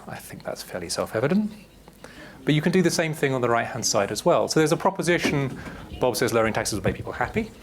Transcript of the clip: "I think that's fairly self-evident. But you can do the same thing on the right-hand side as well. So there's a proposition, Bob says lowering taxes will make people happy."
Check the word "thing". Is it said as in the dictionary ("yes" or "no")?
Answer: yes